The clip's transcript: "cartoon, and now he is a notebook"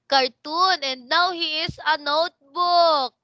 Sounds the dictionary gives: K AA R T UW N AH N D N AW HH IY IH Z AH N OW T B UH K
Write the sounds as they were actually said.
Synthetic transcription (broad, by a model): K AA R T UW N AH N D N AW HH IY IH S AH N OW T B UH K